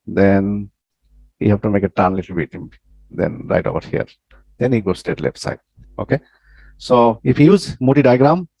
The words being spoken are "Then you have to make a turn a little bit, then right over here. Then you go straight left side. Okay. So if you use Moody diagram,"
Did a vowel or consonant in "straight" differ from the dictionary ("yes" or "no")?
yes